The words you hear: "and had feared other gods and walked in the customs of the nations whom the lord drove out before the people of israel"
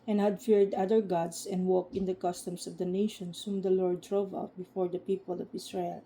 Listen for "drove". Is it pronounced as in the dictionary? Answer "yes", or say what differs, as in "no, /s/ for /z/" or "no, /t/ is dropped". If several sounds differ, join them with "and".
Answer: yes